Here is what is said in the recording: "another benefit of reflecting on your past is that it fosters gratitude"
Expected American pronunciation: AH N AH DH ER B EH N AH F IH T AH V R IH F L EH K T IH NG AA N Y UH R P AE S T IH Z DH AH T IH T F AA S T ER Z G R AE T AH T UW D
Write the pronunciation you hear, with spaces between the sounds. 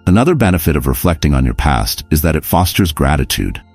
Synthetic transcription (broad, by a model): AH N AH DH ER B EH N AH F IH T AH V R IH F L EH K T IH NG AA N Y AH R P AE S T IH Z DH AH T IH T F AA S T ER Z G R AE T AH T UW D